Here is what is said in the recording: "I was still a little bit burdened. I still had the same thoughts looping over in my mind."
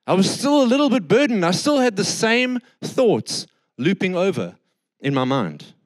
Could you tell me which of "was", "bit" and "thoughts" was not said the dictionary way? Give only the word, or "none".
none